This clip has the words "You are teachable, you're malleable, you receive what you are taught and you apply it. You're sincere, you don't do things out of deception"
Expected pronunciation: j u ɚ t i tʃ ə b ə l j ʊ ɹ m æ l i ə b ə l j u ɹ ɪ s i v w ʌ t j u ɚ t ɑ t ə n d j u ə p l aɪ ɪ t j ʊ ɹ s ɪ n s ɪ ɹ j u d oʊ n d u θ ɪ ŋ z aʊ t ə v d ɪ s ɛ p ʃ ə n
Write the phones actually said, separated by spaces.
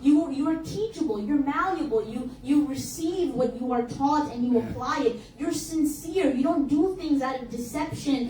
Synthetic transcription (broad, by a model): j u ɚ t i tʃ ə b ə l j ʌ ɹ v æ l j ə b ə l j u ɹ ɪ s i v w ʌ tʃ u ɚ t ɑ t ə n j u ə p l aɪ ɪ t j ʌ ɹ s ɪ n s ɪ ɹ j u d oʊ n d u θ ɪ ŋ z aʊ t ə v d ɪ s ɛ p ʃ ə n